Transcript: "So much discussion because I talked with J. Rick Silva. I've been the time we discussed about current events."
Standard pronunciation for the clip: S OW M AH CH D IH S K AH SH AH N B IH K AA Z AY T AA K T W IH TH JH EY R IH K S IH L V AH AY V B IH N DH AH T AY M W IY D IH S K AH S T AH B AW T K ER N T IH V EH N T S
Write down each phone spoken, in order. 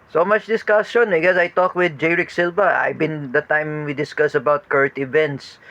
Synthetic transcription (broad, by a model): S OW M AH CH D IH S K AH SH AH N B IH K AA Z AY T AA K W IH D JH EY R IH K S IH L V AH AY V B IH N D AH T AY M W IY D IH S K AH S AH B AW T K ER T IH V EH N T S